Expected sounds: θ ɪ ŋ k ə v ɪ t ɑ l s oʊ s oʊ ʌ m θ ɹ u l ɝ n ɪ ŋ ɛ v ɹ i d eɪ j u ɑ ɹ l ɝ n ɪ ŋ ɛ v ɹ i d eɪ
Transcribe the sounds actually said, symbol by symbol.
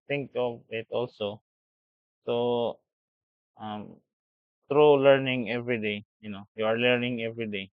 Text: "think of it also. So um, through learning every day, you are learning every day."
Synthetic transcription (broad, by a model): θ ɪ ŋ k ə v ɪ t ɑ l s oʊ s oʊ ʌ m t ɹ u l ɝ n ɪ ŋ ɛ v ɹ i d eɪ j u ɑ ɹ l ɝ n ɪ ŋ ɛ v ɹ i d eɪ